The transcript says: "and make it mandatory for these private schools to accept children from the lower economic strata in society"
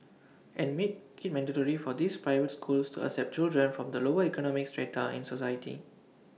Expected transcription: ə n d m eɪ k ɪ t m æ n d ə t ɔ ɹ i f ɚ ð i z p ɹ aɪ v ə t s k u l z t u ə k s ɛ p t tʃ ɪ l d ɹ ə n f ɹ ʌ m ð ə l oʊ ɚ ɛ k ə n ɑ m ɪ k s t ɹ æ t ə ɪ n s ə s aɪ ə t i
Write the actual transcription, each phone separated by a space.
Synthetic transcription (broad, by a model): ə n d m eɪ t ɪ t m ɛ n d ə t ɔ ɹ i f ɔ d i s p ɹ aɪ v ə t s k u l s t u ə s ɛ p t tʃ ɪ l d ɹ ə n f ɹ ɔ m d ə l oʊ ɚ ɛ k ə n ɑ m ɪ k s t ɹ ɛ t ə ɪ n s ə s aɪ ə t i